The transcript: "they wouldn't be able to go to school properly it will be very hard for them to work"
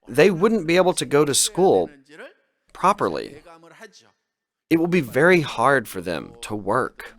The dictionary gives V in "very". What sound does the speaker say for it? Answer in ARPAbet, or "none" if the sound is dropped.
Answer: V